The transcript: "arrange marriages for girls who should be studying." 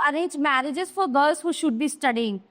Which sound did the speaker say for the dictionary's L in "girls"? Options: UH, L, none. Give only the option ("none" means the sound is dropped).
none